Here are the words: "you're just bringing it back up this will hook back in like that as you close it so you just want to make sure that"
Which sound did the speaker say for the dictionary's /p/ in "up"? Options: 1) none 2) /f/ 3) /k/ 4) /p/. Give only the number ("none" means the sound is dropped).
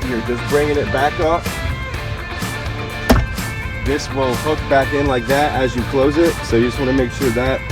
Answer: 2